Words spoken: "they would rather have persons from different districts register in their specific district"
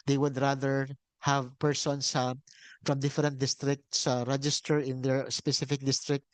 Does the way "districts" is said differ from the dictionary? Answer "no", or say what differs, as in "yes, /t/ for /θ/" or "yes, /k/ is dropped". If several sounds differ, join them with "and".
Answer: no